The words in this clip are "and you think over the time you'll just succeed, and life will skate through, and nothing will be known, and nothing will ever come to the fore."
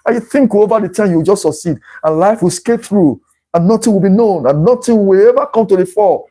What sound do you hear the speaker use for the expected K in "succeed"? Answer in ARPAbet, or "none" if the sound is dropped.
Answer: K